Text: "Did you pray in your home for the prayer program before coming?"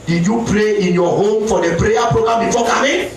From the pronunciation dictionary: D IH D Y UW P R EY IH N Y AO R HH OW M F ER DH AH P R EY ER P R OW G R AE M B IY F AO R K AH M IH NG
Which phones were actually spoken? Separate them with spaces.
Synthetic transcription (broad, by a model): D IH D Y UW P R EY IH N Y AO HH OW M F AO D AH P R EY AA P R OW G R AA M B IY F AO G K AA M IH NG